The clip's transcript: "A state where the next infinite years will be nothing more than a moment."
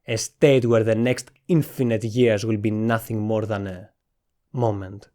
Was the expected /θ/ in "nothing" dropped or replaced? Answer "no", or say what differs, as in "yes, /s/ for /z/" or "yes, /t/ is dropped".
no